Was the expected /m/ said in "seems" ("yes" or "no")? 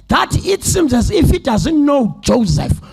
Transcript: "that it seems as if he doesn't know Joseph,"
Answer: yes